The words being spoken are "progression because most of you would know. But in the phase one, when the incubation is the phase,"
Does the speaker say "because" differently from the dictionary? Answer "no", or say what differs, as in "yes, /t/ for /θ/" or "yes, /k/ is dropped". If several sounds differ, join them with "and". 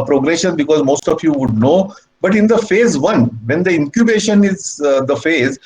no